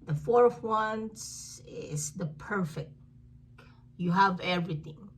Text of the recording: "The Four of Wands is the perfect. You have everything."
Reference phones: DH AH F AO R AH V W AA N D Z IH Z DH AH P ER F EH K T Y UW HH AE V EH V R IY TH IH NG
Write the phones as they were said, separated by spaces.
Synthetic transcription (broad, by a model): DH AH F AO R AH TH W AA N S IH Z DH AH P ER F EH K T Y UW HH AE V EH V R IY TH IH NG